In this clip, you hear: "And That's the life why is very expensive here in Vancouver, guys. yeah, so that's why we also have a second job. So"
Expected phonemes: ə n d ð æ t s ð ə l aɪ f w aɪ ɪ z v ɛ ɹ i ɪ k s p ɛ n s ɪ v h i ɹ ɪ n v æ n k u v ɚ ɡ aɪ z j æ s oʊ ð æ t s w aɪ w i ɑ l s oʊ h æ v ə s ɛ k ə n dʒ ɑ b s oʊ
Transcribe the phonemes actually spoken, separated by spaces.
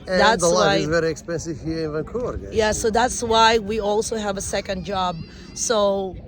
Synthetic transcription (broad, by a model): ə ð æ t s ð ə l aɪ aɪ ɪ z v ɛ ɹ i ɪ k s p ɛ n s ɪ v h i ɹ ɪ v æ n k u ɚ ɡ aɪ j æ s oʊ ð æ t s w aɪ w i ɑ l s oʊ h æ v ə s ɛ k ə n dʒ ɑ b s oʊ